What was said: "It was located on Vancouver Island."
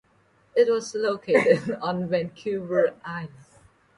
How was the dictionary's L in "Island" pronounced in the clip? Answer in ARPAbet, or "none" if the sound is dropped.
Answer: none